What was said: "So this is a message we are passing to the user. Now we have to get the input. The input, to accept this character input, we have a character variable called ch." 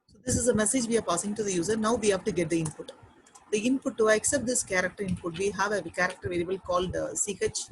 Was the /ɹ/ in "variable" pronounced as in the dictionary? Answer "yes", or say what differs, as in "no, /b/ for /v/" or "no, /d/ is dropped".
no, /l/ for /ɹ/